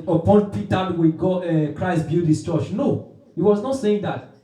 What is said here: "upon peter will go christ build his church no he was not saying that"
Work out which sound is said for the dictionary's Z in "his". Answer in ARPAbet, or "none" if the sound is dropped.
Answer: S